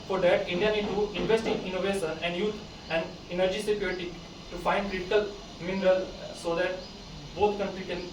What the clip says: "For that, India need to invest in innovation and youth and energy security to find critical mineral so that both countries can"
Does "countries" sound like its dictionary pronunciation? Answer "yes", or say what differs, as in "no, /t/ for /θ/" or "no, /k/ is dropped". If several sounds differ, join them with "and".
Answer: no, /z/ is dropped